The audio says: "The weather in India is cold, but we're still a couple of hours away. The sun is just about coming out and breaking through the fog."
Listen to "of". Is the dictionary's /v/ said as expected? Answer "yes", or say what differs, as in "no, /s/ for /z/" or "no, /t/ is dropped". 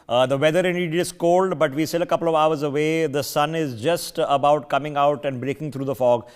yes